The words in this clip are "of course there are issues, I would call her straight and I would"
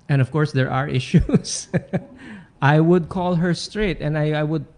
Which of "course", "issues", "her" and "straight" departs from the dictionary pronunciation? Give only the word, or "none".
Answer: issues